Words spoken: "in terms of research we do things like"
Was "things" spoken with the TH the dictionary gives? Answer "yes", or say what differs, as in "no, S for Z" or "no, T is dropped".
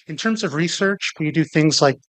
yes